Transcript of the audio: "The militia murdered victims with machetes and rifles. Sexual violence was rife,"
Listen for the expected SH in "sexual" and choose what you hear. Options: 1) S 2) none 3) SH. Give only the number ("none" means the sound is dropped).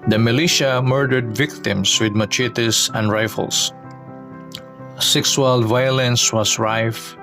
1